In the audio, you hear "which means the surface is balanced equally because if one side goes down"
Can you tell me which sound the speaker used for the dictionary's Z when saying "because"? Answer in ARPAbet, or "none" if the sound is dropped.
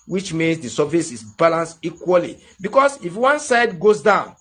S